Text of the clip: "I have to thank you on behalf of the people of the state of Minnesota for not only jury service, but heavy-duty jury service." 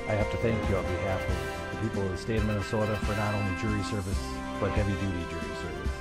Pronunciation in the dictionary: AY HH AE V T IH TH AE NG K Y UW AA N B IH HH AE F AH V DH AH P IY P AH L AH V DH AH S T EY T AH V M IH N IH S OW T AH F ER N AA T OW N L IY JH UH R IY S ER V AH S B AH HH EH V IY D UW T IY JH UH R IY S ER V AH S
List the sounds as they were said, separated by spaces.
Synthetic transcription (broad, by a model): AY HH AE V T IH TH AE NG K Y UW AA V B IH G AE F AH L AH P IY P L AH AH S T EY AH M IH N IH S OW T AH F ER N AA T OW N L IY JH UH R IY S ER V AH S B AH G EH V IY D UW T IY JH UH R IY S ER V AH S